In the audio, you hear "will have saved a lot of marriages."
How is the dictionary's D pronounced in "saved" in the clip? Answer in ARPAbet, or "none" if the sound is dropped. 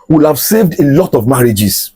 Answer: D